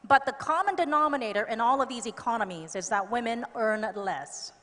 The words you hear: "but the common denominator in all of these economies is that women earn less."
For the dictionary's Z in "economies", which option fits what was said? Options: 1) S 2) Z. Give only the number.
2